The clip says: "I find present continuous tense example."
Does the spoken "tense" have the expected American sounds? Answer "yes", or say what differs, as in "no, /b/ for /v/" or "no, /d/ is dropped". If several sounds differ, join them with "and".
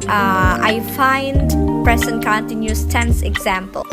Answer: yes